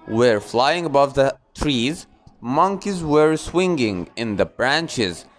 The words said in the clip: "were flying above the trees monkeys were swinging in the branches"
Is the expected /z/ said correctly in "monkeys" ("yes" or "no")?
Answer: yes